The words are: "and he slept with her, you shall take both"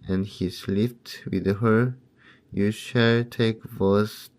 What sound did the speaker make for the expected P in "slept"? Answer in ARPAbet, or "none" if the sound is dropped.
F